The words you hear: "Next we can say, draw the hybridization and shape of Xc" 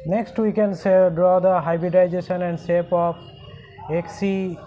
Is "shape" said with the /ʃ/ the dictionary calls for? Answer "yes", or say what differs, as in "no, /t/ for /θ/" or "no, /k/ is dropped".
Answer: no, /s/ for /ʃ/